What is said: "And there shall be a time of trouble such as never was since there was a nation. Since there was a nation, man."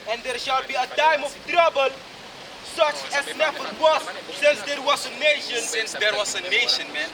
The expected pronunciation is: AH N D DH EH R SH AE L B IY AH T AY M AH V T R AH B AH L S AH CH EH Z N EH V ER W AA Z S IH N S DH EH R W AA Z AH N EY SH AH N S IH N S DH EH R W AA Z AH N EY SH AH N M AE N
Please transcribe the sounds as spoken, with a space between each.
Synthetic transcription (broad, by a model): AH N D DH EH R SH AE L B IY AH T AY M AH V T R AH B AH L S AH CH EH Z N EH F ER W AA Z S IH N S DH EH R W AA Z AH N EY SH AH N S IH N S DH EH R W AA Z AH N EY SH AH N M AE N